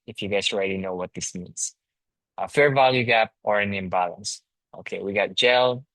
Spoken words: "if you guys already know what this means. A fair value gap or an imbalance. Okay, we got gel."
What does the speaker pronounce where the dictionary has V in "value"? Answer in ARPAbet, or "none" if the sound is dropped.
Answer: V